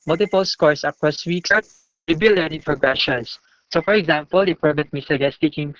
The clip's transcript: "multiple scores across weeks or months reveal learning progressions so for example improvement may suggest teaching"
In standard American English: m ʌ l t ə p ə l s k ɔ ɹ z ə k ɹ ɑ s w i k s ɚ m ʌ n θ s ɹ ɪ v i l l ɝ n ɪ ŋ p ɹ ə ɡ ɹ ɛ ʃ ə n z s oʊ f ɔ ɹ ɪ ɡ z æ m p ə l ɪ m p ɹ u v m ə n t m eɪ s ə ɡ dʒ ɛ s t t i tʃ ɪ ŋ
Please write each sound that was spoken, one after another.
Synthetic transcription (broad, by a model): m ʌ l t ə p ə l s k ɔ ɹ s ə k ɑ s w i k s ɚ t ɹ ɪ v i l l ɝ n ɪ ŋ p ɹ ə ɡ ɹ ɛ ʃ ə n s s oʊ f ɔ ɹ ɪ ɡ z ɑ m p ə l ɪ p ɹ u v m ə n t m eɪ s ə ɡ ɛ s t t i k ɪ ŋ